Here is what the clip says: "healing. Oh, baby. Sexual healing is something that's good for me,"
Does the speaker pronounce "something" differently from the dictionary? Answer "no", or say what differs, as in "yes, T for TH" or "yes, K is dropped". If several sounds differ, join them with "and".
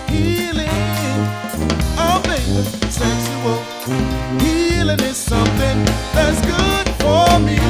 no